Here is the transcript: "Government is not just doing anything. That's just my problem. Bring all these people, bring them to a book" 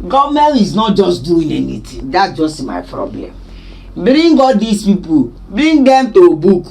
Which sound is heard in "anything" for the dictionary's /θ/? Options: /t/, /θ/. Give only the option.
/t/